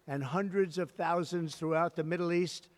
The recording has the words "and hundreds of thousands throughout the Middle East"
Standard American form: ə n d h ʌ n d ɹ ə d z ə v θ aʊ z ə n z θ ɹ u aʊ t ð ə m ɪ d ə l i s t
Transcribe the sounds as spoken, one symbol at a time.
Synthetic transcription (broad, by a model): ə n h ʌ n d ɹ ə d z ə v θ aʊ z ə n z θ ɹ u aʊ t ð ə m ɪ d l i s t